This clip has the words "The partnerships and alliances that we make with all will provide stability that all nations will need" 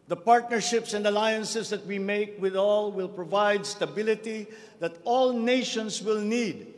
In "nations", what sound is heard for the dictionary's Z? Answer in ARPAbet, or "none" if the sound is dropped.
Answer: S